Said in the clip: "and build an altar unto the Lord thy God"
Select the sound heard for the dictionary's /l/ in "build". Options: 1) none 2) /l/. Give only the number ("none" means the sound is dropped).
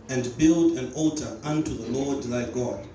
2